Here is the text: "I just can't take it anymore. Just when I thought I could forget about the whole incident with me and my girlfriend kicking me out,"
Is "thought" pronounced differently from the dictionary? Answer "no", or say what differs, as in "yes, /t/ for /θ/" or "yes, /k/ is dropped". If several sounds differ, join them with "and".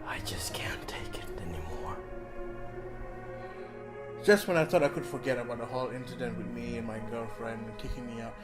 no